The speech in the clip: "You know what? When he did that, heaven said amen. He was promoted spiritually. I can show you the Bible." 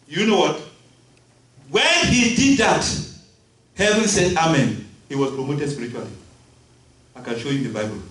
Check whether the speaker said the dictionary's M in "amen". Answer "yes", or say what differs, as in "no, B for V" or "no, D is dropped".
yes